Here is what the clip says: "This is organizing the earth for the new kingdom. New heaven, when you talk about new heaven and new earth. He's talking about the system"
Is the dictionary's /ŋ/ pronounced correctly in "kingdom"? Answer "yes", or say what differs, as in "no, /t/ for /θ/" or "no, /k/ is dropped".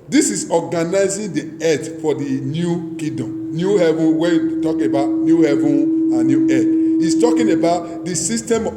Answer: no, /ŋ/ is dropped